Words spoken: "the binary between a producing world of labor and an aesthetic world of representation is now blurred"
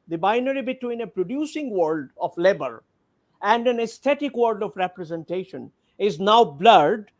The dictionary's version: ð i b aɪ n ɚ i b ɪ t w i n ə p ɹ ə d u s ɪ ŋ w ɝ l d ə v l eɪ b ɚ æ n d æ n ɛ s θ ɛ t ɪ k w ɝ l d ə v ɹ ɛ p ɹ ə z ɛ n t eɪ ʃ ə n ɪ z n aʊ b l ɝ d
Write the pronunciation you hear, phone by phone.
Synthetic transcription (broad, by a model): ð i b aɪ n ɚ i b ɪ t w i n ə p ɹ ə d u s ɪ ŋ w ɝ l d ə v l eɪ b ɚ æ n d æ n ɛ s t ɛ t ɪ k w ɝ d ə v ɹ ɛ p ɹ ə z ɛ n t eɪ ʃ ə n ɪ z n aʊ b l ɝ d